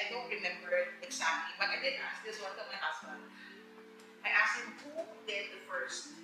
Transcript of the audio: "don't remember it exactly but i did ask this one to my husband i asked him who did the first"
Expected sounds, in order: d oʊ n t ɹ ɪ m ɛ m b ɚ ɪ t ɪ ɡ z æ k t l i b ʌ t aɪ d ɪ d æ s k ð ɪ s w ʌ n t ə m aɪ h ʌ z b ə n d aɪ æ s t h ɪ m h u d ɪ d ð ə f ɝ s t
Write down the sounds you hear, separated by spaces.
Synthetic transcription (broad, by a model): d oʊ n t ɹ ɪ m ɛ m b ɚ ɪ t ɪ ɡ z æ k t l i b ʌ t aɪ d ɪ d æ s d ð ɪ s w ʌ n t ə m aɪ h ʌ s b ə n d aɪ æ s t h ɪ m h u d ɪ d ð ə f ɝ s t